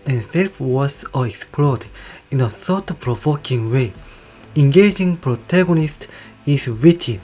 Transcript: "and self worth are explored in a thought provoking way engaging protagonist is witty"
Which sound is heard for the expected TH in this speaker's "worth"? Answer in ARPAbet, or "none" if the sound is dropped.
S